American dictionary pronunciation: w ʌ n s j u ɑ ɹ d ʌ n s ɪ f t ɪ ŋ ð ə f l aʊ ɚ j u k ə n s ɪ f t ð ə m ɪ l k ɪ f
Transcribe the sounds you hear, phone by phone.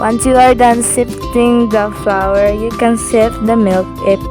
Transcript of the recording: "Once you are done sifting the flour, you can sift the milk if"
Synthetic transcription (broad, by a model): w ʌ n s j u ɑ ɹ d ʌ n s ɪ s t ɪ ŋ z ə f l aʊ ɚ j u k ə n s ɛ t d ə m ɪ l k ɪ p